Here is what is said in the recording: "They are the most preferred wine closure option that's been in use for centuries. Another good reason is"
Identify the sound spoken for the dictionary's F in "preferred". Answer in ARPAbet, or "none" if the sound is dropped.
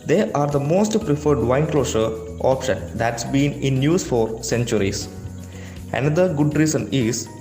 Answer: F